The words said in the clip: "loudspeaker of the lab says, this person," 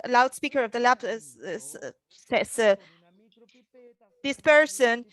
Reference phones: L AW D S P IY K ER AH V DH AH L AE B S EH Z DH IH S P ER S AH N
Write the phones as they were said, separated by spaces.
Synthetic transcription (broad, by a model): L AW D S P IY K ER AH V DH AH L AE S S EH S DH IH S P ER S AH N